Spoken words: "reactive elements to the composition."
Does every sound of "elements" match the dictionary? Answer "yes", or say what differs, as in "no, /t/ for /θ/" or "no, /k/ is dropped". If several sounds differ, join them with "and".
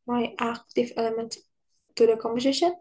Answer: no, /s/ is dropped